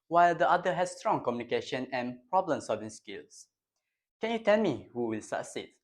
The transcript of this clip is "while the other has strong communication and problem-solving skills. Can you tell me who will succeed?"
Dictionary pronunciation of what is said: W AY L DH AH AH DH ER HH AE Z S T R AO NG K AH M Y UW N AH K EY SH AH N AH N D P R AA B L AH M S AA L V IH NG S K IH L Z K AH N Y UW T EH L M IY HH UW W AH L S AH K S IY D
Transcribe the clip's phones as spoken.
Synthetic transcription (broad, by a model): W AY L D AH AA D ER HH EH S S T R AO NG K AH M Y UW N AH K EY SH AH N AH N P R AA B L AH M S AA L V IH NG S K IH L S K AH N Y UW T EH L M IY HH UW W AH L S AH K S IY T